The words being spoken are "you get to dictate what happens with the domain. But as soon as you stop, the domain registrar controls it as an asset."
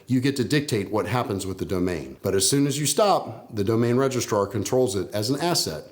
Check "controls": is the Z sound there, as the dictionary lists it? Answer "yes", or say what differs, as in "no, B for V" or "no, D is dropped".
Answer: yes